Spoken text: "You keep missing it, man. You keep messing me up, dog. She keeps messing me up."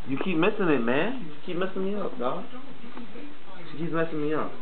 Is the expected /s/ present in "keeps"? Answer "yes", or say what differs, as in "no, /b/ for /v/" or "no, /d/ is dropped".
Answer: no, /s/ is dropped